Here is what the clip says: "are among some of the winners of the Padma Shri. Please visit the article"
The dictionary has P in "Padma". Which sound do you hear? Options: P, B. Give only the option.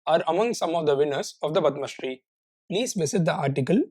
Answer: B